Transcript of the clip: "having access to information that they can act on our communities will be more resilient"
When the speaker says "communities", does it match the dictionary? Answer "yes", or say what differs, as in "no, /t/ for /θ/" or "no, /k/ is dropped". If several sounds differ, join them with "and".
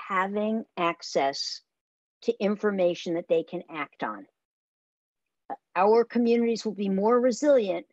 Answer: yes